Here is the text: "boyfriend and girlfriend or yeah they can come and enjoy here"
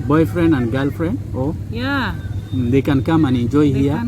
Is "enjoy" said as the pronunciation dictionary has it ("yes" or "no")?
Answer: no